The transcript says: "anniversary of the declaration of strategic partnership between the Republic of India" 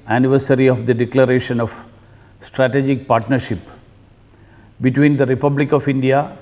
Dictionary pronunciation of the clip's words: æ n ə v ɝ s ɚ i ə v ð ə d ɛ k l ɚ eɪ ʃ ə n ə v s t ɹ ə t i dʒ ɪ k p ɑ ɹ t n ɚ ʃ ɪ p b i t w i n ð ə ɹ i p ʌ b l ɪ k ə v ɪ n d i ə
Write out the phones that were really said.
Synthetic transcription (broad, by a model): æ n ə v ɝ s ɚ i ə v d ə d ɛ k l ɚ eɪ ʃ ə n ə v s t ɹ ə t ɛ dʒ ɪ k p ɑ ɹ t n ɚ ʃ ɪ p b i t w i n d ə ɹ i p ʌ b l ɪ k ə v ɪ n d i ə